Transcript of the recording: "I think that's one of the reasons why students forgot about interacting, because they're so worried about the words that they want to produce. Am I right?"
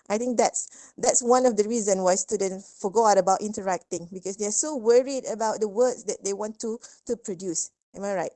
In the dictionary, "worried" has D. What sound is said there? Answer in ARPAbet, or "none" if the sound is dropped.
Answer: D